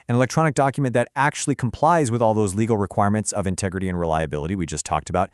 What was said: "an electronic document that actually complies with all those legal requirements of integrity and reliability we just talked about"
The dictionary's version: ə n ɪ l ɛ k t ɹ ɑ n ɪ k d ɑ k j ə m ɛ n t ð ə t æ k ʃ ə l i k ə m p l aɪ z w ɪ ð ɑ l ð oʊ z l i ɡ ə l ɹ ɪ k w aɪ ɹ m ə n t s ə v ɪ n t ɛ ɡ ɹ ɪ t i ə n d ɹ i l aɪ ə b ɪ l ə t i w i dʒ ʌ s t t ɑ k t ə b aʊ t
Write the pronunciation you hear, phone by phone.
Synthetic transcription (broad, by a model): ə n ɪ l ɛ k t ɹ ɑ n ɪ k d ɑ k j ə m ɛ n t ð ə t æ k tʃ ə l i k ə m p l aɪ z w ɪ ð ɑ l ð oʊ z l i ɡ l ɹ ɪ k w aɪ ɹ m ə n t s ə v ɪ n t ɛ ɡ ɹ ɪ t i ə n ɹ i l aɪ ə b ɪ l ə t i w i dʒ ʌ s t t ɑ k t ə b aʊ t